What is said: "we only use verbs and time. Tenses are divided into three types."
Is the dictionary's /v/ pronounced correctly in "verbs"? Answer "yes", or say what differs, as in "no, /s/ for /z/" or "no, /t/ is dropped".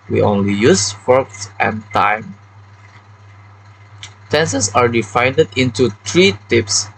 no, /f/ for /v/